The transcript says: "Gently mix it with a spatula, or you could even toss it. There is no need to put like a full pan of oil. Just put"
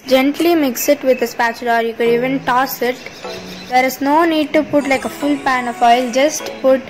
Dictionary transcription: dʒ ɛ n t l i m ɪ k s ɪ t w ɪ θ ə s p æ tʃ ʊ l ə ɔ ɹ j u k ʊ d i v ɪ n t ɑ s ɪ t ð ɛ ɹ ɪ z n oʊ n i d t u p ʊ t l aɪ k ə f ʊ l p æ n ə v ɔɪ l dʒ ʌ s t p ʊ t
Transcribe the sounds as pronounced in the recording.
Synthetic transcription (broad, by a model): dʒ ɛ n t l i m ɪ k s ɪ t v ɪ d ə s p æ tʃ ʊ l ɔ ɹ j u k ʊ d i v ɪ n t ɑ s ɪ t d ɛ ɹ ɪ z n oʊ n i d t u p ʊ t l aɪ k ə f ʊ l p æ n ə f ɔɪ l dʒ ʌ s t p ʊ t